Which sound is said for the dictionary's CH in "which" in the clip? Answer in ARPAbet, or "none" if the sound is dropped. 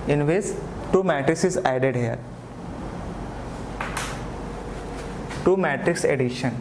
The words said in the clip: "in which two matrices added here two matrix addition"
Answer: S